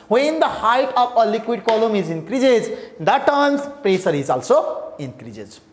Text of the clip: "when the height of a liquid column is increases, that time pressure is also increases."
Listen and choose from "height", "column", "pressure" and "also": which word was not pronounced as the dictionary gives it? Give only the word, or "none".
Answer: pressure